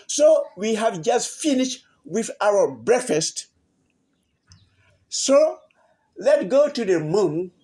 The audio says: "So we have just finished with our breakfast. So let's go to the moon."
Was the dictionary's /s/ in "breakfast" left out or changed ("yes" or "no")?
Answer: no